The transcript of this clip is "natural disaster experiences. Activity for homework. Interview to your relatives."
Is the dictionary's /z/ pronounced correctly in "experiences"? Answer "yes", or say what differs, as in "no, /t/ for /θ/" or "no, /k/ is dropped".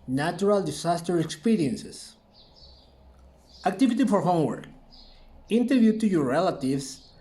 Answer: no, /s/ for /z/